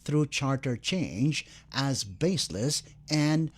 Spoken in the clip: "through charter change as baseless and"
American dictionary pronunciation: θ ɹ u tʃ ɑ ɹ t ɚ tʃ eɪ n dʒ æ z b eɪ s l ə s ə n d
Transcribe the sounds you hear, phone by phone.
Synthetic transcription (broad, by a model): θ ɹ u tʃ ɑ ɹ t ɚ tʃ eɪ n dʒ æ z b eɪ s l ə s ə n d